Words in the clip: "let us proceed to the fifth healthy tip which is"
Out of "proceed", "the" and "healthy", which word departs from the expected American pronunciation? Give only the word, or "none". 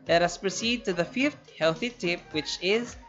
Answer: none